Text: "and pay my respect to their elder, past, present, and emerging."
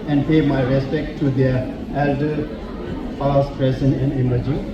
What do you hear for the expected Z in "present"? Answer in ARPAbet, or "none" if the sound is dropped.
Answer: S